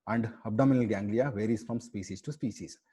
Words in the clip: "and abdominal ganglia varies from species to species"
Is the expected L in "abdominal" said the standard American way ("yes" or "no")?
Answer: yes